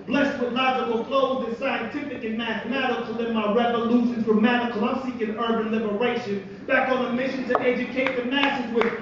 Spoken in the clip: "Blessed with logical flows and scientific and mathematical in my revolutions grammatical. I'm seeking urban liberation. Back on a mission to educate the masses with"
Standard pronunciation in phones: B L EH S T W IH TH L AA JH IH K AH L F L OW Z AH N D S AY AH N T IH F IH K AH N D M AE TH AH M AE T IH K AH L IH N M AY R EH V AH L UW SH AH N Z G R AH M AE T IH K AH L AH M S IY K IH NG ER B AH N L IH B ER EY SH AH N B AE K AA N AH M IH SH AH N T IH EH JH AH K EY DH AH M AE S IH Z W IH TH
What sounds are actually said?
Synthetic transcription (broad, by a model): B L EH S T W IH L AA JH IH K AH L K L OW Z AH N S AY AH N T IH F IH K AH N M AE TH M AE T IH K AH L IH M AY R EH V AH L UW SH AH N Z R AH M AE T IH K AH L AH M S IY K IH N ER B AH N L IH B ER EY SH AH N B AE K N AH M IH SH AH N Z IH EH JH AH K EY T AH M AE S IH Z W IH